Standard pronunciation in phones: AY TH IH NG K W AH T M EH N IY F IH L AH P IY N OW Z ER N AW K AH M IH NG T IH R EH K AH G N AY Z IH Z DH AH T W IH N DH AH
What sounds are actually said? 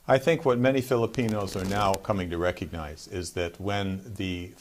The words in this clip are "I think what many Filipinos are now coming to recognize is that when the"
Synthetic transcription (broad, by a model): AY TH IH NG K W AH T M EH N IY F IH L AH P IY N OW Z ER N AW K AH M IH NG T IH R EH K AH G N AY Z IH Z DH AH T W IH N DH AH